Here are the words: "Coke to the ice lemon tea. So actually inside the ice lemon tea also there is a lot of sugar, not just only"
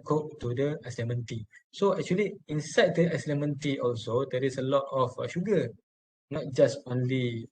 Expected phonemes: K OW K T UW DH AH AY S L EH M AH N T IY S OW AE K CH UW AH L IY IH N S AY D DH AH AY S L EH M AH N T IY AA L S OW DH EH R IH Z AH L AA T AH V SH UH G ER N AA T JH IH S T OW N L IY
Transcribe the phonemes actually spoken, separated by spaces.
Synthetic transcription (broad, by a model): K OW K T UW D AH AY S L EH M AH N T IY S OW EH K CH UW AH L IY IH N S AY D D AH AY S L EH M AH N T IY AA L S OW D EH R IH S AH L AA T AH F SH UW G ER N AA T JH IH S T OW N L IY